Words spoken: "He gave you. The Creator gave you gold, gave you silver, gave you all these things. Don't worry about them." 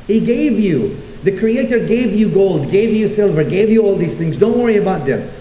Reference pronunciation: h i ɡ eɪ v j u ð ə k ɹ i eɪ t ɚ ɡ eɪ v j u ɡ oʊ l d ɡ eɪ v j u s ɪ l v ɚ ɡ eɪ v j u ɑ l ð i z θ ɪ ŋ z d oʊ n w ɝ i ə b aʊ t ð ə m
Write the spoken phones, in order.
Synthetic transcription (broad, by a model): h i ɡ eɪ v j u ð ə k ɹ i eɪ t ɚ ɡ eɪ v j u ɡ oʊ l d ɡ eɪ v j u s ɪ l v ɚ ɡ eɪ v j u ɑ l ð i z θ ɪ ŋ z d oʊ n w ɝ i ə b aʊ t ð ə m